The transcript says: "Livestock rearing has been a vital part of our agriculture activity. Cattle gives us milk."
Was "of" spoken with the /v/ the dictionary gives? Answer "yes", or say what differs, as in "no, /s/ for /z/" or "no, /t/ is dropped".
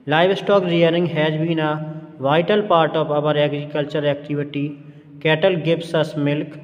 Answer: no, /p/ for /v/